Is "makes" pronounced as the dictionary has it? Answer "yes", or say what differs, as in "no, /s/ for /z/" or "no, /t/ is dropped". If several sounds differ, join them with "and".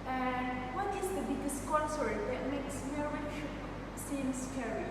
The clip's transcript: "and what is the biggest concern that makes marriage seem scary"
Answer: yes